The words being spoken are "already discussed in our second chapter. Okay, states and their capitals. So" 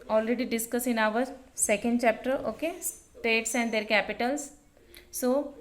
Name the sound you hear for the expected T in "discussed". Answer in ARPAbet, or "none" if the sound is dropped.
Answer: none